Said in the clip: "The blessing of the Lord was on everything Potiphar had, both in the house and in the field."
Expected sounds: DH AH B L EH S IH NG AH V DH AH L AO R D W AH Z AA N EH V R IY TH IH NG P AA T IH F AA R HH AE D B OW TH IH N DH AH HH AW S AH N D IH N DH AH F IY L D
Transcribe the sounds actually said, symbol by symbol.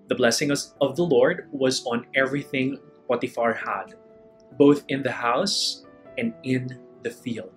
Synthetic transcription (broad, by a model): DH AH B L EH S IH NG AH V DH AH L AO R D W AH Z AA N EH V R IY TH IH NG P AA T IH F AA R HH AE D B OW TH IH N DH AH HH AW S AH N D IH N DH AH F IY L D